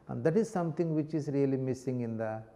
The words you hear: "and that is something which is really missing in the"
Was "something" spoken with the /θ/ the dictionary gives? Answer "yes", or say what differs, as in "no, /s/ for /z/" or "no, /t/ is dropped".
no, /t/ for /θ/